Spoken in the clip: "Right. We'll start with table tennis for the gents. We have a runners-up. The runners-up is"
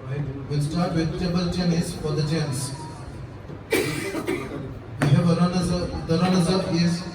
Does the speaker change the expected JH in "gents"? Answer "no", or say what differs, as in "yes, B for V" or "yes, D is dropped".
yes, CH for JH